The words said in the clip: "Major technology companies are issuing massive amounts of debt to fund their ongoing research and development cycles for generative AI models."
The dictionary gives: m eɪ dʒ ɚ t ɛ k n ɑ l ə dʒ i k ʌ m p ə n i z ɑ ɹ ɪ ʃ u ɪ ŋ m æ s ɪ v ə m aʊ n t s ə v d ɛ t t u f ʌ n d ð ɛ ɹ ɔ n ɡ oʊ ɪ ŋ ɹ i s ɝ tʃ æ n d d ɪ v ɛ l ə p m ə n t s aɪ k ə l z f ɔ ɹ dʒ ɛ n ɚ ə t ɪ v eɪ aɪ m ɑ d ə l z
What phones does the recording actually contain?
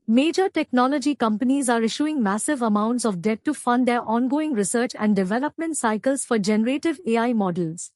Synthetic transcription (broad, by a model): m eɪ dʒ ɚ t ɛ k n ɑ l ə dʒ i k ʌ m p ə n i z ɑ ɹ ɪ ʃ u ɪ ŋ m æ s ɪ v ə m aʊ n t s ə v d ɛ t t u f ʌ n d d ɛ ɹ ɔ n ɡ oʊ ɪ ŋ ɹ i s ɝ tʃ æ n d d ɪ v ɛ l ə p m ə n t s aɪ k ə l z f ɔ ɹ dʒ ɛ n ɚ ə t ɪ v eɪ aɪ m ɑ d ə l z